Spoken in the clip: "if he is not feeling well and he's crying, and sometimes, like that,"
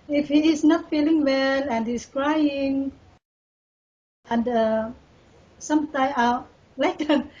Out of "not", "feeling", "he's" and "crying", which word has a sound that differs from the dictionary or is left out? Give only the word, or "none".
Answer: he's